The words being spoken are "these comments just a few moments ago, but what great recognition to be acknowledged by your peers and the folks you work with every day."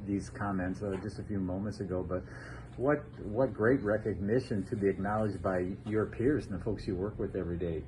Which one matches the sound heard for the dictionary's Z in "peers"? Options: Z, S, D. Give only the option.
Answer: Z